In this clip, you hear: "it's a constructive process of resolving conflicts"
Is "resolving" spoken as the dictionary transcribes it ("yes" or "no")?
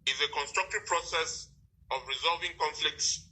yes